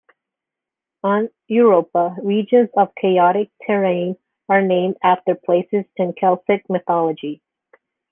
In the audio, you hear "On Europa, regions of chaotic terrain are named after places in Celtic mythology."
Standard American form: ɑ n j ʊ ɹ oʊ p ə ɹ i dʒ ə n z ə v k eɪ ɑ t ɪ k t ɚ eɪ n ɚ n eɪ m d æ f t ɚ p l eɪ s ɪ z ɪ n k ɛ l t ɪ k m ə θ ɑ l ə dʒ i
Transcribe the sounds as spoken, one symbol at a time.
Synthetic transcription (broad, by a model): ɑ n j ʊ ɹ oʊ p ə ɹ i dʒ ə n z ə v k eɪ ɑ t ɪ k t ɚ eɪ n ɚ n eɪ m d æ f t ɚ p l eɪ s ɪ z ɪ n k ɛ l s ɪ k m ə θ ɑ l ə dʒ i